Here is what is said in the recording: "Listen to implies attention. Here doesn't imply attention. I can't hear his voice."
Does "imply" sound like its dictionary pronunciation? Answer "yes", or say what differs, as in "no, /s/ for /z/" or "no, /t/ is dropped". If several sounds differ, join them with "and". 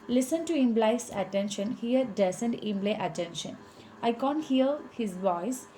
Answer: no, /b/ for /p/